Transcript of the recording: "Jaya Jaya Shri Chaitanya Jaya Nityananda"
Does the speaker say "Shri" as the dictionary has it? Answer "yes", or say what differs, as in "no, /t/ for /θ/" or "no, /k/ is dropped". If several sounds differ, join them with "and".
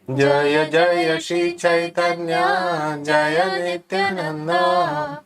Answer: no, /ɹ/ is dropped